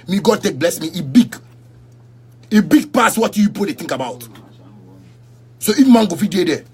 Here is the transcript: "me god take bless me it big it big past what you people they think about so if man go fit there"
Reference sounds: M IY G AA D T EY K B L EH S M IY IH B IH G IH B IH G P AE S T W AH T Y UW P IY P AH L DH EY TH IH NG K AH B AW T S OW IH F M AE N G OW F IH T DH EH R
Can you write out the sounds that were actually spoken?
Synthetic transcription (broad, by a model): M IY G AA D T EY K B L EH S M IY IH B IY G IH B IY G P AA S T W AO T Y UW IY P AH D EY T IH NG K AH B AW T S OW IH F M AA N G OW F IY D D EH